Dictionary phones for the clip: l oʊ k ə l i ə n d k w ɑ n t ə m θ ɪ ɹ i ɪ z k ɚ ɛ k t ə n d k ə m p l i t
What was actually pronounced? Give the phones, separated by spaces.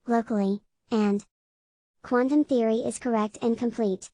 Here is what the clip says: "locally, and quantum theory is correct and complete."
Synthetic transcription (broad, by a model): l oʊ k l i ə n k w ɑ n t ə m θ ɪ ɹ i ɪ z k ɚ ɛ k t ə n k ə m p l i t